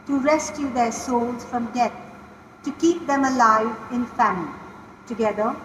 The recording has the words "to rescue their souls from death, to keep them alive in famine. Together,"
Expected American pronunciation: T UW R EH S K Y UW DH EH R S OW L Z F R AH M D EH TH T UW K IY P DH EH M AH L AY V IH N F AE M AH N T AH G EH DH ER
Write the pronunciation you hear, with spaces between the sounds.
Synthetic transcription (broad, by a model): T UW R EH S K Y UW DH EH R S OW L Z F R AH M D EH T T UW K IY P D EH M AH L AY V IH N F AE M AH L T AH G EH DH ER